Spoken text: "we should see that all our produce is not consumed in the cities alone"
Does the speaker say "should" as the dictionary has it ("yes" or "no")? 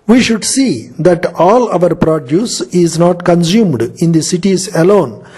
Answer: yes